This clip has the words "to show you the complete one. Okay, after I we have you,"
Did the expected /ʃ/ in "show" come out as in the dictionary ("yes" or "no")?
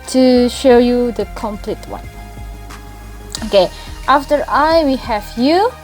yes